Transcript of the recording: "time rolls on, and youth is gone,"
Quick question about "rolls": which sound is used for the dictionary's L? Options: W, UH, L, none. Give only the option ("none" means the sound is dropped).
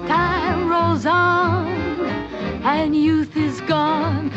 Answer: L